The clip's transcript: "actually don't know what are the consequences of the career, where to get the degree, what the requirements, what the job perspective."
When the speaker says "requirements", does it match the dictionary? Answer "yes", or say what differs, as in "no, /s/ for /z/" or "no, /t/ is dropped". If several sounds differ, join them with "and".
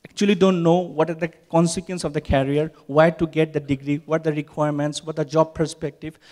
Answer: yes